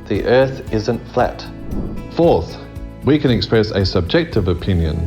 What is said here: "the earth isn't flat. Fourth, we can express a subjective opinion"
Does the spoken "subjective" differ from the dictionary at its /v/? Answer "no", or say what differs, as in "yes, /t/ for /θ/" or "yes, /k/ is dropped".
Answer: no